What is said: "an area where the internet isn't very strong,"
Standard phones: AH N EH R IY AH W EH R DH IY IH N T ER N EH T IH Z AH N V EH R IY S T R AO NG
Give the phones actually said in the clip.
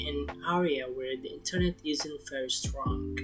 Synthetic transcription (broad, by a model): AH N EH R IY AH W EH R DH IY IH N T ER N EH T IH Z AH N F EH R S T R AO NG